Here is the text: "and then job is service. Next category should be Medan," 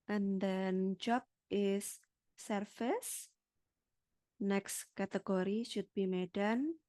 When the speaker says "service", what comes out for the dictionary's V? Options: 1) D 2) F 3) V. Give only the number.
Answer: 2